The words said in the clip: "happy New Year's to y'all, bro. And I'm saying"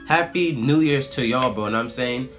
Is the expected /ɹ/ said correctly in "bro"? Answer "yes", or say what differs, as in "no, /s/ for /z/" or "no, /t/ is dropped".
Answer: no, /ɹ/ is dropped